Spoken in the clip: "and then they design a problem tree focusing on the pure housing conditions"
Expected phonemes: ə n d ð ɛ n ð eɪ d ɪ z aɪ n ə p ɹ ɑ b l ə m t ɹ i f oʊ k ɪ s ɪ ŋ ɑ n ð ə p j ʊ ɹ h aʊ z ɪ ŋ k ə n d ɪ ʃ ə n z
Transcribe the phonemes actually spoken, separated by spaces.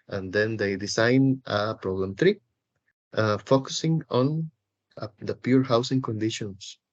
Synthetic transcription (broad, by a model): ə n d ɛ n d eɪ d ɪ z aɪ n ə p ɹ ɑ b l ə m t ɹ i f oʊ k ɪ s ɪ ŋ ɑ n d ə p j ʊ ɹ h aʊ s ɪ ŋ k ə n d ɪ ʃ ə n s